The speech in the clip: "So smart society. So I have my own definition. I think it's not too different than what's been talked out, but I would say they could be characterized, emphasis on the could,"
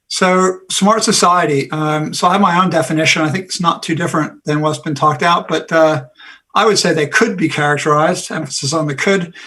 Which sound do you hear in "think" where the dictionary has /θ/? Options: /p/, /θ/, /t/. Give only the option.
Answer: /θ/